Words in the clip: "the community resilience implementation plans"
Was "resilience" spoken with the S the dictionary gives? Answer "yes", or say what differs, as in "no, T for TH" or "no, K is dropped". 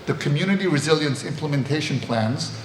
yes